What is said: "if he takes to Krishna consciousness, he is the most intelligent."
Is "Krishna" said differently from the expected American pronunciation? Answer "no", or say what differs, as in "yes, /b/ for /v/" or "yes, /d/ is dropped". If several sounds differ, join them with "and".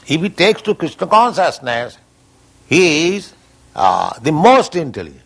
yes, /s/ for /ʃ/